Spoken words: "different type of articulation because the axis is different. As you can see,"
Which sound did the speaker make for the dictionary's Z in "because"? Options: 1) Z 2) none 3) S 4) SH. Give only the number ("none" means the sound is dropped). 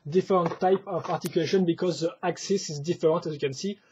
1